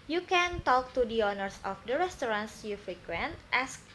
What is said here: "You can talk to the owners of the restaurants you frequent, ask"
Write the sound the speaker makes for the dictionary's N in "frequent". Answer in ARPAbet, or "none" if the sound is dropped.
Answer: N